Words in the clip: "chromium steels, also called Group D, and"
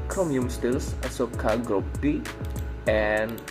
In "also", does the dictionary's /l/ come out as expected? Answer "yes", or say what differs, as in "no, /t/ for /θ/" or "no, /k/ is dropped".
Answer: no, /l/ is dropped